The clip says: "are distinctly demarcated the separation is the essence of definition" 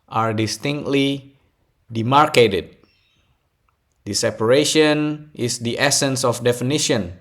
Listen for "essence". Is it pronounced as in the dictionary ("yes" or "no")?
yes